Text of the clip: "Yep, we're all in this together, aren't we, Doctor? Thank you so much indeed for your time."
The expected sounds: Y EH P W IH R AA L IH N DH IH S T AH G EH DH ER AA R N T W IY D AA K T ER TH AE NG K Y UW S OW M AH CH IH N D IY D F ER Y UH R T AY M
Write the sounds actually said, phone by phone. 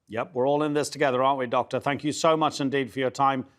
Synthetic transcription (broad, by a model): Y EH P W IH R AA L IH N DH IH S T AH G EH DH ER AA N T W IY D AA K T ER TH AE NG K Y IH S OW M AH CH IH N D IY D F ER Y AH R T AY M